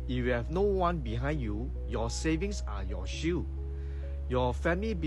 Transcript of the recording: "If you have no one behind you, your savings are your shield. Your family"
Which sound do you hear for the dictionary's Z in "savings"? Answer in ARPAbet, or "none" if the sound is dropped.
S